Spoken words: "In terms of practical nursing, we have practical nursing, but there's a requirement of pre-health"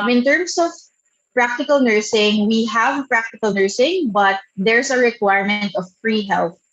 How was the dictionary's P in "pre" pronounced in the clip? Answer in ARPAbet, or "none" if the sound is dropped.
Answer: F